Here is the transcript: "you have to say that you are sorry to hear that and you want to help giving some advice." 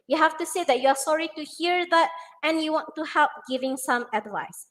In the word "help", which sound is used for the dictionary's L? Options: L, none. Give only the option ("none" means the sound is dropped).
L